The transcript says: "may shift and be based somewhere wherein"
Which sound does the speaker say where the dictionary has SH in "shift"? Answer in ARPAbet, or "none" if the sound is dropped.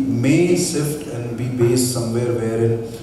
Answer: S